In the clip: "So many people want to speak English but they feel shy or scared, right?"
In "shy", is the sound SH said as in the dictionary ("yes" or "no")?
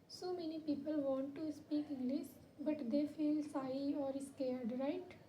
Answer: no